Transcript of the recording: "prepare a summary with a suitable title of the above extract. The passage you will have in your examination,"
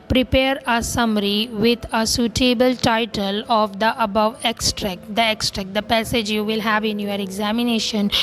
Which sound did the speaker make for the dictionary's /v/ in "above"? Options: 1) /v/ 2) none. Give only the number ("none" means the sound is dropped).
1